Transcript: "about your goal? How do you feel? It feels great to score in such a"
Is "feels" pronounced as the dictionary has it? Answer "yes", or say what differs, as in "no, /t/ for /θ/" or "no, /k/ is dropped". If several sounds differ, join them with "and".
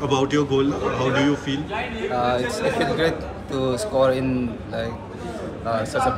no, /z/ is dropped